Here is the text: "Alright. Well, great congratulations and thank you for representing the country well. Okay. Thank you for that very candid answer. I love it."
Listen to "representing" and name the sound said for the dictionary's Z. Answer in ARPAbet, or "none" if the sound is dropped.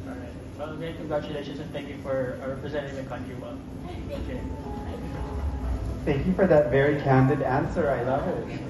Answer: Z